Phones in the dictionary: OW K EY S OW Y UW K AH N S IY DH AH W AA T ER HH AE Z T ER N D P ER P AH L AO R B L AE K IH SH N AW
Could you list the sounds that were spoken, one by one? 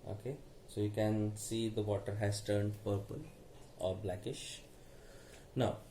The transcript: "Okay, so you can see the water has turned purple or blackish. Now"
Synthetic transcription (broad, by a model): OW K EY S OW Y UW K AH N S IY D AH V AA T ER HH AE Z T ER N D P ER P AH L AO R B L AE K IH SH N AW